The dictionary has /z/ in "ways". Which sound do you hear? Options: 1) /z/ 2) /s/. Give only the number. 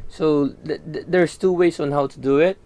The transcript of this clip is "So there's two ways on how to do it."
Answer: 2